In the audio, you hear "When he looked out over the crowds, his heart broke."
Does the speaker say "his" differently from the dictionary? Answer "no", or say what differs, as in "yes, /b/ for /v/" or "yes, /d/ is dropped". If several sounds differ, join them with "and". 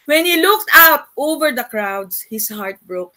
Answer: yes, /s/ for /z/